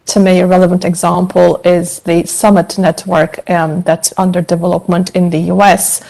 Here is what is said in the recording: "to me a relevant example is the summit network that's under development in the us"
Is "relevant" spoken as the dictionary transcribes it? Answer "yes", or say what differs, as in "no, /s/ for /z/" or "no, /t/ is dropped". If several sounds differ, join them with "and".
yes